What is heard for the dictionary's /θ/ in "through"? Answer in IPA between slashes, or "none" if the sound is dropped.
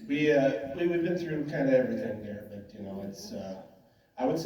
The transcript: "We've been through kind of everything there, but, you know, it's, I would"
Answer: /θ/